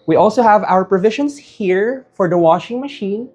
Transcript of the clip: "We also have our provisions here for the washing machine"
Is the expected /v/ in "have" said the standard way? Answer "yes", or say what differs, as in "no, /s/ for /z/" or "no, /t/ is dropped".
yes